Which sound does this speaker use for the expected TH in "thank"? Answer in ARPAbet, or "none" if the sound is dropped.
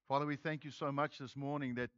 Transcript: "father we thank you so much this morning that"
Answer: TH